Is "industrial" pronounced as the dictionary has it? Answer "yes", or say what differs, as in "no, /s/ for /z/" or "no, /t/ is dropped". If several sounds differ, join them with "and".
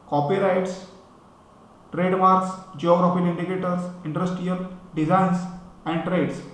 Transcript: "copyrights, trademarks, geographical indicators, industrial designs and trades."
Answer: no, /ɹ/ is dropped